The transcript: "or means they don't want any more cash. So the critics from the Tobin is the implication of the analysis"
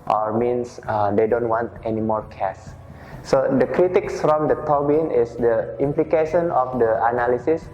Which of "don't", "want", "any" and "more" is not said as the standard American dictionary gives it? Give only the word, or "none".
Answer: none